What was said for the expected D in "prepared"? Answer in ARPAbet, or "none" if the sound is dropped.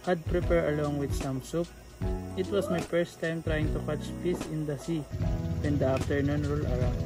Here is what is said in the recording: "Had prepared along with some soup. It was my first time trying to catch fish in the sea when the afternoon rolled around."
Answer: none